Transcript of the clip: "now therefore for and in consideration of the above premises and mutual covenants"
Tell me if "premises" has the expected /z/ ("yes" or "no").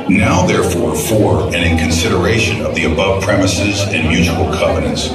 yes